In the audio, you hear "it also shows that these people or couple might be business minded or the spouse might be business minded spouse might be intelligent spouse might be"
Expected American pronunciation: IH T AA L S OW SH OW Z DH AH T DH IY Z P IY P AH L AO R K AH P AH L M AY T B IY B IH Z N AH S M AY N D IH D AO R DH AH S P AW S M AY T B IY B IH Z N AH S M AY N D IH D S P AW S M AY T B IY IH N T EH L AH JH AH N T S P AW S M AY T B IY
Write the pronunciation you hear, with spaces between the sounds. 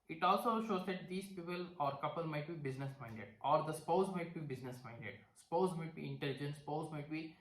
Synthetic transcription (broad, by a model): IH T AA L S OW SH OW Z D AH T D IY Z P IY P AH L AO R K AH P AH L M AY T B IY B IH Z N AH S M AY N D IH D AO R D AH S P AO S M AY T B IY B IH Z N AH S M AY N D IH D S P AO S M AY T B IY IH N T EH L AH JH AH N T S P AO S M AY T B IY